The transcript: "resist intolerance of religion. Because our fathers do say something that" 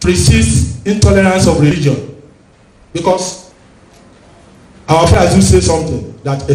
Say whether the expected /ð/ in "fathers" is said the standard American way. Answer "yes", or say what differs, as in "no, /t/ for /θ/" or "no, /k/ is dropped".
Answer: no, /ð/ is dropped